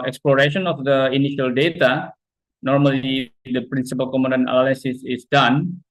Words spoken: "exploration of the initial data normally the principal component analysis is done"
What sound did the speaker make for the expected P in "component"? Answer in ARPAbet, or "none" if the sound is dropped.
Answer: none